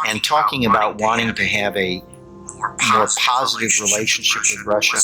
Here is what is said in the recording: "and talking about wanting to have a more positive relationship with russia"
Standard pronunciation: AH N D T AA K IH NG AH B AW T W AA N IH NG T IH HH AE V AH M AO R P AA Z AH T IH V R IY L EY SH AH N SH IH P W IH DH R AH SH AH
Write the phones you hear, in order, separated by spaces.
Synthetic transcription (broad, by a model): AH N T AA K IH NG AH B AW T W AA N IH NG T IH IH V AH M AO R P AA Z AH T IH V R IY L EY SH AH N SH IH P W IH DH R AH SH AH